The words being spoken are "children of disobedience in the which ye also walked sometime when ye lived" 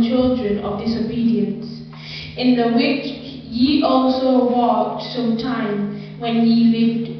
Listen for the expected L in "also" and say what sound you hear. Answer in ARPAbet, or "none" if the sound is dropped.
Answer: L